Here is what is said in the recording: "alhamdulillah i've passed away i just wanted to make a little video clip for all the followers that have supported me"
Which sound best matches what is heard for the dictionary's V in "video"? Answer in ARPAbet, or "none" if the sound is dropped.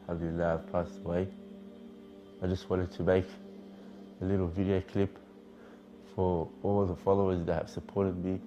V